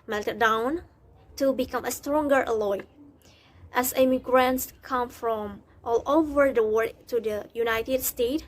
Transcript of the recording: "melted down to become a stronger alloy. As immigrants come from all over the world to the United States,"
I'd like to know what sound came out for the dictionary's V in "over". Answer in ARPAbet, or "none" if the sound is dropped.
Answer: V